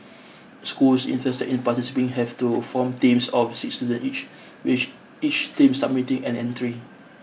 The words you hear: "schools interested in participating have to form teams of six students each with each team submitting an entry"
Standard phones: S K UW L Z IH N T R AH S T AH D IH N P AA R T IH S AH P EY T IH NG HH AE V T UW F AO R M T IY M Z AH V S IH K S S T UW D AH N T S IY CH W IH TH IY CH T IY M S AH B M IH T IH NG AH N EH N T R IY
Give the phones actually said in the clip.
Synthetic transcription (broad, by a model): S K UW L S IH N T AH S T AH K IH N P AA T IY S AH P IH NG HH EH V T UW F AO M T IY M S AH F S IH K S S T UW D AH N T IY CH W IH IY CH T IY M S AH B M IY T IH NG AH N EH N T R IY